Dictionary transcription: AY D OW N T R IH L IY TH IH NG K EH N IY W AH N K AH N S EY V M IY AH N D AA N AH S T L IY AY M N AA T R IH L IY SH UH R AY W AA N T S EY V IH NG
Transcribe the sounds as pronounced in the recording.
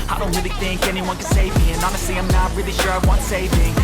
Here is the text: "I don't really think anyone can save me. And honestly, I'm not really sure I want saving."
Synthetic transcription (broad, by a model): AY D OW N T R IH L IY TH IH NG K EH N IY W AH N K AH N S EY V M IY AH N AA N AH S T L IY AY M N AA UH R IH L IY SH UH R AY W AA N T S EY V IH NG